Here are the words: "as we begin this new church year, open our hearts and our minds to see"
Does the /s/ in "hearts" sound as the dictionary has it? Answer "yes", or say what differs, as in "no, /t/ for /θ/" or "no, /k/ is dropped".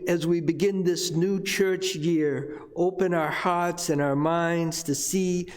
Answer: yes